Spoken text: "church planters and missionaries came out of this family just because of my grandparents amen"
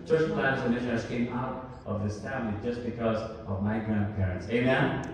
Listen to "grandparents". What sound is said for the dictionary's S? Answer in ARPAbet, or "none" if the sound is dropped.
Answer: S